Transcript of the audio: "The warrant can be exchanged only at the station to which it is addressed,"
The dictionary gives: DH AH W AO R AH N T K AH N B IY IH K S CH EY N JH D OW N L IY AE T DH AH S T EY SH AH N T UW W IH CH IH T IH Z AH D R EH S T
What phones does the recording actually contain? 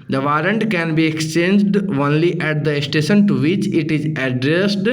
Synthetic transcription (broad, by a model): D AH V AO R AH N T K AH N B IY IH K S CH EY N JH D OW N L IY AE T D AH S T EY SH AH N T UW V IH CH IH T IH Z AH D R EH S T